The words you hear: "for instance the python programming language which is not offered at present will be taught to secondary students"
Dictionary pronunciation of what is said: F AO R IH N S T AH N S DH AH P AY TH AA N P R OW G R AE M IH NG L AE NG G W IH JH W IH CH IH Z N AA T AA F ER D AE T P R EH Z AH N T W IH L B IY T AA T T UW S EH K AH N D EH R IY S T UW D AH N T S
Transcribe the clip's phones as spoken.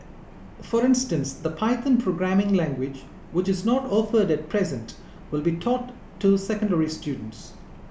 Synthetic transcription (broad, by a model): F AO R IH N S T AH N S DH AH P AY T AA N P R OW G R AE M IH NG L AE NG G W IH JH W IH CH IH Z N AA T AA F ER D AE T P R EH Z AH N T W IH L B IY T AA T T UW S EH K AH N D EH R IY S T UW D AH N T S